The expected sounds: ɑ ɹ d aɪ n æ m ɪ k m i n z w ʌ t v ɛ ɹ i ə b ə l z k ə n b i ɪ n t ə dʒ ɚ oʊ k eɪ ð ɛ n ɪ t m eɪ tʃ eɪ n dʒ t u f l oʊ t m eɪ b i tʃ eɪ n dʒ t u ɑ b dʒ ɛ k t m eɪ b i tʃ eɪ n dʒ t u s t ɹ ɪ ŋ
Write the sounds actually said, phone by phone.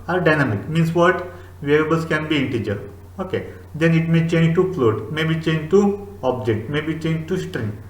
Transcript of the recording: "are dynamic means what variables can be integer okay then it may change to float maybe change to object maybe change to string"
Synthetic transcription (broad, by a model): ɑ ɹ d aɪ n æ m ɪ k m i n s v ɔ t v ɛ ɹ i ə b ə l s k ə n b i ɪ n t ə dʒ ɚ oʊ k eɪ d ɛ n ɪ t m eɪ tʃ eɪ n dʒ t u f l oʊ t m eɪ b i tʃ eɪ n dʒ t u ɑ b dʒ ɛ k t m eɪ b i tʃ eɪ n dʒ t u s t ɹ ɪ ŋ